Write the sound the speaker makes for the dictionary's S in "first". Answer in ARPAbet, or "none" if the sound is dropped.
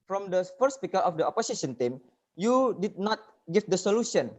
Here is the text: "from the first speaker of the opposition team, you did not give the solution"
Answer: none